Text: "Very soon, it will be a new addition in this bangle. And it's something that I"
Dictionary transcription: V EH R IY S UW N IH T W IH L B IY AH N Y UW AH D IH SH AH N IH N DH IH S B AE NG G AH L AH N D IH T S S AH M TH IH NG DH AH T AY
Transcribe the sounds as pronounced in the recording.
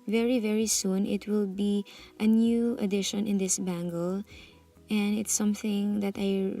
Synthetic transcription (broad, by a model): V EH R IY S UW N IH T W IH L B IY AH N Y UW AH D IH SH AH N IH N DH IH S B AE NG G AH L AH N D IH T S S AH M TH IH NG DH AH T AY